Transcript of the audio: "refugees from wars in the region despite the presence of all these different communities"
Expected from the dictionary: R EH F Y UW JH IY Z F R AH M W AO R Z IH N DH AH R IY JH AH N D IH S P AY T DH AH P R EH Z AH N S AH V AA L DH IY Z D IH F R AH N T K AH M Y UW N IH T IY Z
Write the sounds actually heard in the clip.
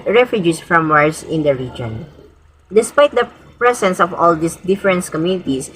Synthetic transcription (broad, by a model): R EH F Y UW JH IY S F R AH M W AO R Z IH N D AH R IY JH AH N D IH S P AY T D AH P R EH S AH N S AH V AA L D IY S D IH F R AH N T K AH M Y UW N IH T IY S